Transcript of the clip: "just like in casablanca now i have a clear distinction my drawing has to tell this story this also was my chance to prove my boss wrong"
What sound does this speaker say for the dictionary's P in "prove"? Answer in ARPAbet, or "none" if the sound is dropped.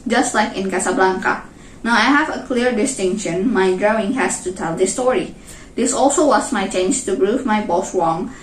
B